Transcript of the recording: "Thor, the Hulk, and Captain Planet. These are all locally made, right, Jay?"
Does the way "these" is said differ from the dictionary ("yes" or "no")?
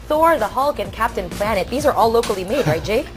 no